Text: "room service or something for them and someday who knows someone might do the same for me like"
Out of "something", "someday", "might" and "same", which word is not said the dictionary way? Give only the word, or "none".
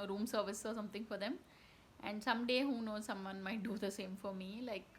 something